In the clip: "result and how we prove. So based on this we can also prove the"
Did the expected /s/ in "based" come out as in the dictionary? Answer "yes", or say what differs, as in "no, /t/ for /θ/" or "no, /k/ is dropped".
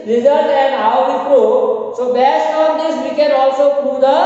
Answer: yes